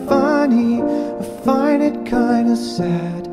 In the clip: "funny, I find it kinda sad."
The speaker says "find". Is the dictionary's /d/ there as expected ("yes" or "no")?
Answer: no